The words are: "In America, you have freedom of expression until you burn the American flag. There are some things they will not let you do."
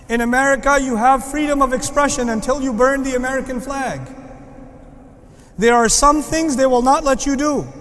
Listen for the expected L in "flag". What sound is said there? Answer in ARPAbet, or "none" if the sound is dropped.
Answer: L